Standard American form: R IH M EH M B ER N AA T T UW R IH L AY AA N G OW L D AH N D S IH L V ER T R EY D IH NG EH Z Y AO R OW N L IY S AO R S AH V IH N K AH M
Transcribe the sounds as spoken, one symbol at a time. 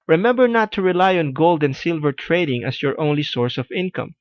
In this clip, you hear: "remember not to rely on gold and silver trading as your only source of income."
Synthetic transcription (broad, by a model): R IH M EH M B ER N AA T T UW R IH L AY AA N G OW L D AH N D S IH L V ER T R EY D IH NG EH S Y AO R OW N L IY S AO R S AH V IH N K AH M